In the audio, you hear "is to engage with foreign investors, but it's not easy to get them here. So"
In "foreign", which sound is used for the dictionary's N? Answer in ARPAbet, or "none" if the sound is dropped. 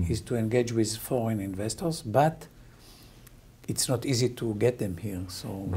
N